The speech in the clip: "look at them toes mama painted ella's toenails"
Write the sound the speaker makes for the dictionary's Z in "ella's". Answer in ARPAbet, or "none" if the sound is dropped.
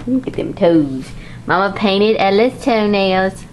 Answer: S